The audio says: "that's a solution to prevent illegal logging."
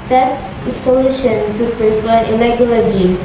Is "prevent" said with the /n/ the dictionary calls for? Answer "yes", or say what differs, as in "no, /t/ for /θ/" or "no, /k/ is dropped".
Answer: no, /n/ is dropped